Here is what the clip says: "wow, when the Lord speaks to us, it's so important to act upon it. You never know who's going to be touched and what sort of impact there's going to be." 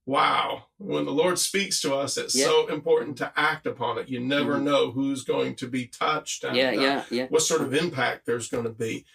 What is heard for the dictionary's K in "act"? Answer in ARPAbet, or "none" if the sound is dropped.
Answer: K